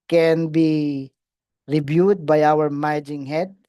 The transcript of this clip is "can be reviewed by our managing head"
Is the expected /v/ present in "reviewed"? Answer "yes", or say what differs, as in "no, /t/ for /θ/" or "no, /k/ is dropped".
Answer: no, /b/ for /v/